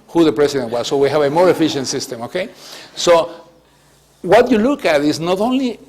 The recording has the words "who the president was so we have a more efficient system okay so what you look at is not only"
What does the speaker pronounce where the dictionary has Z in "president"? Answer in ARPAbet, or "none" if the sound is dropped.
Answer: S